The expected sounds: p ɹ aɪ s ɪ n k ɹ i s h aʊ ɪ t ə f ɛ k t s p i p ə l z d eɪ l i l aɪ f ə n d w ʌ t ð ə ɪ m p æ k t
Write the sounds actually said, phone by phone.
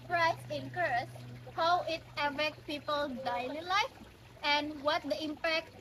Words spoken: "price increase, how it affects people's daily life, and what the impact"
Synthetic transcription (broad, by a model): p ɹ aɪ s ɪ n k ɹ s h aʊ ɪ t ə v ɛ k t p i p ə l d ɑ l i l aɪ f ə n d w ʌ t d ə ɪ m p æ k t